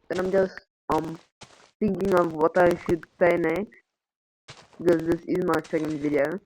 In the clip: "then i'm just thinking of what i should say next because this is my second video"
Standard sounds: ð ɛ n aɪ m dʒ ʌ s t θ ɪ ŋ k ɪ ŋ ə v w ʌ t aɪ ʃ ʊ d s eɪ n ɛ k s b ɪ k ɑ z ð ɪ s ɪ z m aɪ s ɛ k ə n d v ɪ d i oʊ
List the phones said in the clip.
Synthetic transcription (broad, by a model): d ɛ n aɪ m dʒ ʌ s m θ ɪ ŋ k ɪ ŋ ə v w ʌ t aɪ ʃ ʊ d s eɪ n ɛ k b ɪ k ɑ z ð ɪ s ɪ z m aɪ s ɛ k ə n d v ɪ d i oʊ